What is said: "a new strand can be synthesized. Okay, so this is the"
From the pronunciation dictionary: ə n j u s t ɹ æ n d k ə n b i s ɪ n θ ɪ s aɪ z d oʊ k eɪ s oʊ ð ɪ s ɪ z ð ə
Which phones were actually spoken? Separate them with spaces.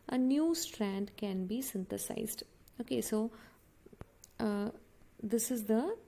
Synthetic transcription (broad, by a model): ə n j u s t ɹ æ n d k ə n b i s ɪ n t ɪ s aɪ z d oʊ k eɪ s oʊ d ɪ s ɪ z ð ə